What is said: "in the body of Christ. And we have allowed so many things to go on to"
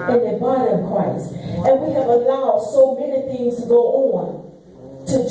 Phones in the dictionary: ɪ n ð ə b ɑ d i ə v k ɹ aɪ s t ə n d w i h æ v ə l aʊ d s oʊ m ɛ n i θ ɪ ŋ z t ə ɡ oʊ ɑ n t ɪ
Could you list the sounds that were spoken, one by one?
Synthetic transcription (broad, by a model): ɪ n ð ə b ɑ d i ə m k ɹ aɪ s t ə n w i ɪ v ə l aʊ d s oʊ m ɛ n i θ ɪ ŋ z t ə ɡ oʊ ɑ n t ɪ